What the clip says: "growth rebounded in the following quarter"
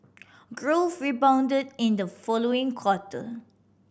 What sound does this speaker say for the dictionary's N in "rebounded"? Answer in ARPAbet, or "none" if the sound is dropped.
N